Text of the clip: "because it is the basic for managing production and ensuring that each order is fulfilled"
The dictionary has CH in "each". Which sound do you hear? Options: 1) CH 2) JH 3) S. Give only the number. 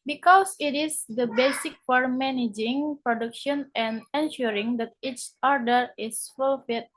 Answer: 1